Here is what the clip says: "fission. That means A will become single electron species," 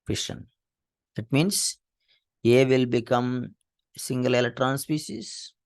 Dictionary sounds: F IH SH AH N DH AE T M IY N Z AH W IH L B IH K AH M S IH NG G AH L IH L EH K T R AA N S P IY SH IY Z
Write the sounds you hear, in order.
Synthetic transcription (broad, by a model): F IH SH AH N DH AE T M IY N S AH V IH L B IH K AH M S IH NG G AH L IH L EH T R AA N S P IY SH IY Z